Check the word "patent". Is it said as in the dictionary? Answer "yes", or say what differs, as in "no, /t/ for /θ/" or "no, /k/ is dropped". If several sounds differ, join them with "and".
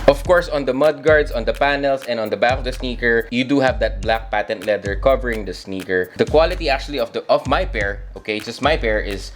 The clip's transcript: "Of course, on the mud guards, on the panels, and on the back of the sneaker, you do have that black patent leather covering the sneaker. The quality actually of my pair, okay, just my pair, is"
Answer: yes